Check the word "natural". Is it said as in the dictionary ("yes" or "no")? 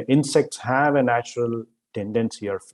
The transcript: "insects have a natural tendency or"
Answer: yes